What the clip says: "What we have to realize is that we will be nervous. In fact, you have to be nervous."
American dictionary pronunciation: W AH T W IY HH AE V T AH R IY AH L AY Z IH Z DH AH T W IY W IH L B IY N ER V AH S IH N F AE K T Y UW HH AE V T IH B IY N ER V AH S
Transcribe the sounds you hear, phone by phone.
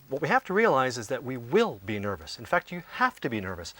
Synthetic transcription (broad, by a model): W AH T W IY HH AE F T AH R IY AH L AY Z IH Z DH AH T W IY W IH L B IY N ER V AH S IH N F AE K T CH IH HH AE F T IH B IY N ER V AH S